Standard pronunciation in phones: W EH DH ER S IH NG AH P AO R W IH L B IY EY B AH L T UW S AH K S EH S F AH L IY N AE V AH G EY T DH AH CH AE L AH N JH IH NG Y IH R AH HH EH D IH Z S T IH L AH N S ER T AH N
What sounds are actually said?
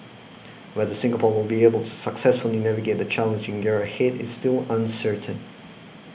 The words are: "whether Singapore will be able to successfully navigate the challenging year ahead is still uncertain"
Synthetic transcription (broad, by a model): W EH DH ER S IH NG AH P AO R W IH L B IY EY B AH L T UW S AH K S EH S F AH L IY N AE V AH G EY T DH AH CH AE L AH N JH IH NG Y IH R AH HH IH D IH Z S T IH L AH N S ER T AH N